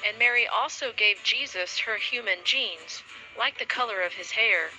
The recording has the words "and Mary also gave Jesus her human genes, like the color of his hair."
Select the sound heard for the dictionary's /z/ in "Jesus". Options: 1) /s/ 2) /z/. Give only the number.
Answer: 2